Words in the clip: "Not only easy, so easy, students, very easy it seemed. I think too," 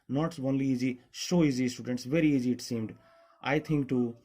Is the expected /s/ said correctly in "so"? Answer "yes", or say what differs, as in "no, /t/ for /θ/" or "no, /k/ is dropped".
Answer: no, /ʃ/ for /s/